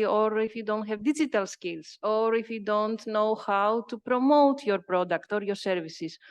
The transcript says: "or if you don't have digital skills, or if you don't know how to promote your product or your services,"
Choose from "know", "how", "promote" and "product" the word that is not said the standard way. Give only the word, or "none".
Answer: none